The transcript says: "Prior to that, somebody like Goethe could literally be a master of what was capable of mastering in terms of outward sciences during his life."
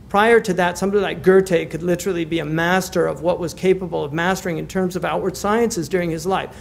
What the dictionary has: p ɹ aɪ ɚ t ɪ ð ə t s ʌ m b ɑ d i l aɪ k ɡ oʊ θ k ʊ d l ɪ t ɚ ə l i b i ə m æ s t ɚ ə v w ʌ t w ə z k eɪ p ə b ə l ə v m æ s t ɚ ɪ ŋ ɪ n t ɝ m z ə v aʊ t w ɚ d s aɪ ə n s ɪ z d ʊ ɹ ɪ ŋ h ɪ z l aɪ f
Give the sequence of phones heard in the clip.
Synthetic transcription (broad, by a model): p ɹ aɪ ɚ t ɪ ð ə t s ʌ m b ɑ d i l aɪ k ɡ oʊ t k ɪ d l ɪ t ɚ l i b i ə m æ s t ɚ ə v w ʌ t w ə z k eɪ p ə b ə l ə v m æ s t ɚ ɪ ŋ ɪ n t ɝ m z ə v aʊ t w ɚ d s aɪ ə n s ɪ z d ʊ ɹ ɪ ŋ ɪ z l aɪ f